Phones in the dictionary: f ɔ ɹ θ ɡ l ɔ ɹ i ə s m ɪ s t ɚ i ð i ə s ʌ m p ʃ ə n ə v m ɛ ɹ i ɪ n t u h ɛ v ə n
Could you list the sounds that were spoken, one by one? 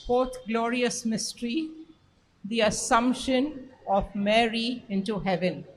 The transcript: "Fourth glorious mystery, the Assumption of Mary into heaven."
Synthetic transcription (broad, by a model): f ɔ ɹ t ɡ l ɔ ɹ i ə s m ɪ s t ɚ i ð i ə s ʌ m p ʃ ə n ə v m ɛ ɹ i ɪ n t u h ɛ v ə n